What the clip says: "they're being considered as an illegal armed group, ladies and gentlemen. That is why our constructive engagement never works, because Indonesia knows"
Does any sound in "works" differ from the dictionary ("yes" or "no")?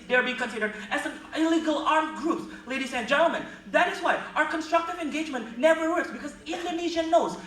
no